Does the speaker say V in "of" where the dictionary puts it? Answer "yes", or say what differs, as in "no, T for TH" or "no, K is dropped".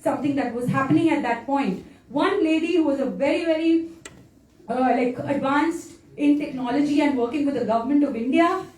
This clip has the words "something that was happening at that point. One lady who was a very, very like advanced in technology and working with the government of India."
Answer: yes